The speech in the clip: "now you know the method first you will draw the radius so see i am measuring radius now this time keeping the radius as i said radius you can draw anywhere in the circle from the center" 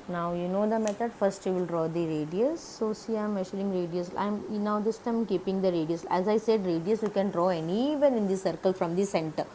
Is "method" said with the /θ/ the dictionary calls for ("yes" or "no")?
no